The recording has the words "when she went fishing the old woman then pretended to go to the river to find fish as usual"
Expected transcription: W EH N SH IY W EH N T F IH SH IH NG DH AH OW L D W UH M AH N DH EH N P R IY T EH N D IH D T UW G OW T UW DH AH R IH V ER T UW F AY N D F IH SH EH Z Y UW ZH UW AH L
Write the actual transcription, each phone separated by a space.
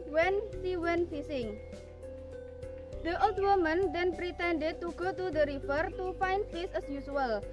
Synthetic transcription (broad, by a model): W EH N S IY W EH N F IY S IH NG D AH OW L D W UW M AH N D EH N P R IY T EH N D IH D T UW G OW T UW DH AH R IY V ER T UW F AY N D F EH S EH S Y UW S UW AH L